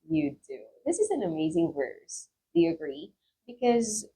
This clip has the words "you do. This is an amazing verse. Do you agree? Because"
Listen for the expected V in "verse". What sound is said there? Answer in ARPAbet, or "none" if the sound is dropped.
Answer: V